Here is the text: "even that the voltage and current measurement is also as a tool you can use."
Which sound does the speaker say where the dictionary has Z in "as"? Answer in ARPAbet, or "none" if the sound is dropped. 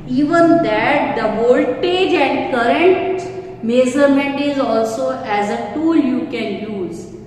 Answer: Z